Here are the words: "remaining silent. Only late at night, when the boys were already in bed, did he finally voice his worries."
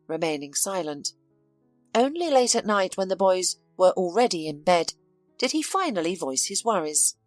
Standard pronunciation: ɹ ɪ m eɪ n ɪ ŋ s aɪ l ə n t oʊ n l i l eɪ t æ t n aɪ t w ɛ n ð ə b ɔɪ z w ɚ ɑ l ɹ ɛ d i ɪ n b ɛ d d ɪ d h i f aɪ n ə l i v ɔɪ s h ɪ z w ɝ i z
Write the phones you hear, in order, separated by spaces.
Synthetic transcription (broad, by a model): ɹ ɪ m eɪ n ɪ ŋ s aɪ l ə n t oʊ n l i l eɪ t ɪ t n aɪ t w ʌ n ð ə b ɔɪ z w ɚ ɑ l ɹ ɛ d i ɪ n b ɛ d d ɪ d i f aɪ n l i v ɔɪ s h ɪ z w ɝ i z